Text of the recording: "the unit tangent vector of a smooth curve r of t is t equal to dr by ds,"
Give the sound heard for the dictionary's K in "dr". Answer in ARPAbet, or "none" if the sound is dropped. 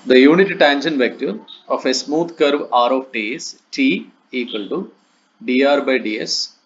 none